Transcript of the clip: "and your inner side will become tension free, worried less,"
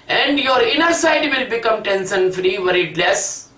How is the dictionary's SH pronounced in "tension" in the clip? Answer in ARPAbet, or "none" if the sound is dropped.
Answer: S